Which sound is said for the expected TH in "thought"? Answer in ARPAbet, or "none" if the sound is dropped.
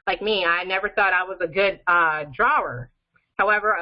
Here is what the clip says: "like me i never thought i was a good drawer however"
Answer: TH